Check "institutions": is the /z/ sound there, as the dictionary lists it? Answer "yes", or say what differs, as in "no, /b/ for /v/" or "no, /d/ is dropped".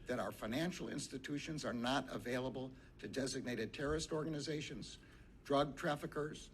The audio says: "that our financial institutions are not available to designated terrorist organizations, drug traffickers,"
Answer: yes